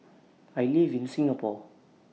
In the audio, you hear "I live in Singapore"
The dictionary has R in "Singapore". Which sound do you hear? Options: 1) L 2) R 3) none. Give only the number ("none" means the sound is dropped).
1